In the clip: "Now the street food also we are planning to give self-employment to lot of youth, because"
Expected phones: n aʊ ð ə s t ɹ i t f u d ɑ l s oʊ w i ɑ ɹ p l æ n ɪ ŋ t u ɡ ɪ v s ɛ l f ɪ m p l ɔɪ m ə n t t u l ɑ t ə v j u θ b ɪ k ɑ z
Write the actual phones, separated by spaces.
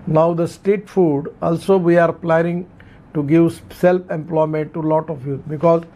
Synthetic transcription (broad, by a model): n aʊ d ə s t ɛ t f u d ɑ l s oʊ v i ɑ ɹ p l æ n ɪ ŋ t u ɡ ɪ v s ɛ l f ɪ m p l ɔɪ m ə n t t u l ɑ t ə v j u b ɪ k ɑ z